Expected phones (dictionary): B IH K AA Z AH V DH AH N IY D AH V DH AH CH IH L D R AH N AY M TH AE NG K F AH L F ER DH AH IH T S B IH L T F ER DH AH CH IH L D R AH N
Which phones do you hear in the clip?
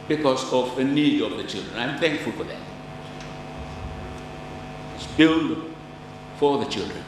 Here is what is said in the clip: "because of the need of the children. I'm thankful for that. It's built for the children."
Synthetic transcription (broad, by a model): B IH K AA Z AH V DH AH N IY D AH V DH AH CH IH L D R AH N AY M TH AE NG K F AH L F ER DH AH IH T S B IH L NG F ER DH AH CH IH L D R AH N